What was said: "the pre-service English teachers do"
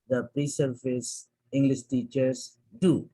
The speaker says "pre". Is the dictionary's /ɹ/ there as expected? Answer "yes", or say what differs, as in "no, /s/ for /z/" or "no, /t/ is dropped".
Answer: yes